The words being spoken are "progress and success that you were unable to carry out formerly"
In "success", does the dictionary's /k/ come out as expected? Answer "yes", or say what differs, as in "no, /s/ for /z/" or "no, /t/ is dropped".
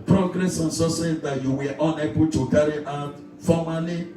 no, /k/ is dropped